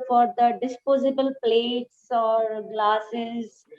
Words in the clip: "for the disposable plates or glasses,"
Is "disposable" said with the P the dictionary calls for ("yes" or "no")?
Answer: yes